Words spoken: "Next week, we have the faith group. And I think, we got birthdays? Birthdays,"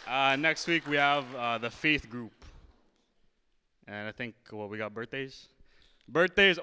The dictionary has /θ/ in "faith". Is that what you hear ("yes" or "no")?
yes